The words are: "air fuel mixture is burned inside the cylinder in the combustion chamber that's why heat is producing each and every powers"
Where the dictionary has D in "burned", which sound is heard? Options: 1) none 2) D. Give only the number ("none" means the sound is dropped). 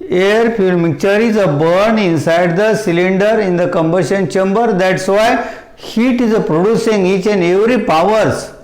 1